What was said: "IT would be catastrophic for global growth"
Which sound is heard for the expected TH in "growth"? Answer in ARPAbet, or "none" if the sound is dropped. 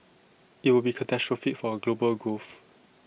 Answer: F